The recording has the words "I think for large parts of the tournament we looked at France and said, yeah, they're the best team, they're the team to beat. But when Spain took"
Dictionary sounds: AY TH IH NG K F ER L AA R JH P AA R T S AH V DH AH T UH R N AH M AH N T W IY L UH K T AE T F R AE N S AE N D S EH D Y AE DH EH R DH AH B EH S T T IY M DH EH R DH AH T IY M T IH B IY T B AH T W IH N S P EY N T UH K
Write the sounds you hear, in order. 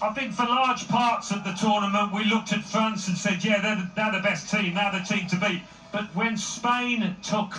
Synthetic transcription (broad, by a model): AY TH IH NG K F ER L AA R JH P AA R T S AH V DH AH T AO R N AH M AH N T W IY L UH K T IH T F R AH N S N S EH D Y AE DH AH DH DH AH B EH S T T IY M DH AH DH AH T IY M T IH B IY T B AH T W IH N S P EY N T UH K